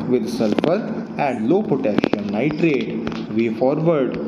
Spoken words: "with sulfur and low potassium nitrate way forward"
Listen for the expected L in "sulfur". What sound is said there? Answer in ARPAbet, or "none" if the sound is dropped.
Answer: L